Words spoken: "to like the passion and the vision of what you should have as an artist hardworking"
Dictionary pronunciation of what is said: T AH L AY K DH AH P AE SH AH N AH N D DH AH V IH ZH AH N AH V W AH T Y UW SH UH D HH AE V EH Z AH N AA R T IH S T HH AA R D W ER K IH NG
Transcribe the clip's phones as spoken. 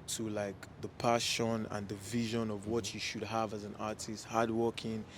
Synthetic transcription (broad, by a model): T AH L AY K DH AH P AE SH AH N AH N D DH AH V IH ZH AH N AH V W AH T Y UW SH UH D HH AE V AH Z AH N AA R T IH S T HH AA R D W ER K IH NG